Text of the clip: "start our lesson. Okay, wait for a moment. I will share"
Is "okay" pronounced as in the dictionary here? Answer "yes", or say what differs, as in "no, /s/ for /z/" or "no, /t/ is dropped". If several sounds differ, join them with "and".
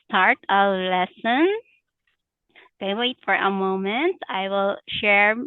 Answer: no, /k/ is dropped